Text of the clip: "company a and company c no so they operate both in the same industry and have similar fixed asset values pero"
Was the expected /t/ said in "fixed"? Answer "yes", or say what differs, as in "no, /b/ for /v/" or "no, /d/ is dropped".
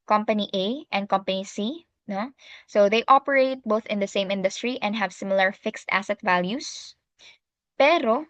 yes